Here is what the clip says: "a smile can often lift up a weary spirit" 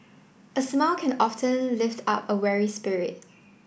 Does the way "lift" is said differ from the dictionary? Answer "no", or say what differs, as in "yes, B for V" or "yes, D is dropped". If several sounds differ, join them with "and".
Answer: no